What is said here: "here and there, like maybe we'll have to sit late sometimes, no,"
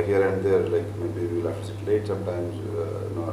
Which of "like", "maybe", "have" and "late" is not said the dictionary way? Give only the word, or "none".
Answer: have